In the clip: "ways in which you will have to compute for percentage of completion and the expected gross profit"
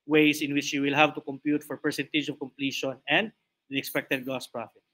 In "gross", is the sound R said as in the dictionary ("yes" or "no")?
no